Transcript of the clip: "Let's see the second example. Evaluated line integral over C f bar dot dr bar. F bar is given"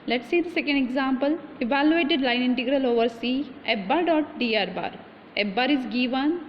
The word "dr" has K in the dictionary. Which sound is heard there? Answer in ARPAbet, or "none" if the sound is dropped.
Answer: none